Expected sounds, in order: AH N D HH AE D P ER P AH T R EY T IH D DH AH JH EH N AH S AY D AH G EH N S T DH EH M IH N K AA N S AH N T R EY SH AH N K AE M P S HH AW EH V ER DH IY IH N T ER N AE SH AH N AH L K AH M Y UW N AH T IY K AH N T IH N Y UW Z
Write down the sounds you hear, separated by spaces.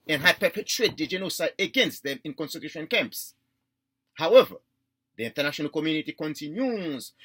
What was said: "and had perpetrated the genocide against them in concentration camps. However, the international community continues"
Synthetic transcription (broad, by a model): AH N HH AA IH P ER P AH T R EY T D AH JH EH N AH S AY AH G EH N S T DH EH M IH N K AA N S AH T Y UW SH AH N K AE M P S HH AW EH V ER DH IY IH N T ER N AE SH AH N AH L K AH M Y UW N AH T IY K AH N T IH N Y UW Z